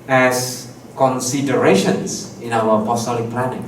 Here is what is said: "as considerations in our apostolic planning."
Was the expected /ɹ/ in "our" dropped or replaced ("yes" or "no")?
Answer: yes